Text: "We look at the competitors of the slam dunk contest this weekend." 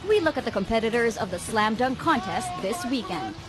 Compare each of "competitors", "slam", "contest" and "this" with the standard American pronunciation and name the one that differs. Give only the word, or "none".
none